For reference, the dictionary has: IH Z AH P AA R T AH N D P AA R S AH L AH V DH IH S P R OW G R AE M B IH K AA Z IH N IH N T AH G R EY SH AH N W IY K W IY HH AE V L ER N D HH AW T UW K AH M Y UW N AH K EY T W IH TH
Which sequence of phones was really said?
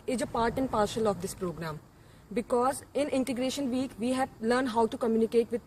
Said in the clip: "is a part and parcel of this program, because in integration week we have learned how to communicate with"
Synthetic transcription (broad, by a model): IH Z AH P AA R T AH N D P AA R SH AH L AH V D IH S P R OW G R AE M B IH K AA Z IH N IH N T AH G R EY SH AH N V IY K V IY HH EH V L ER N D HH AW T UW K AH M Y UW N AH K EY T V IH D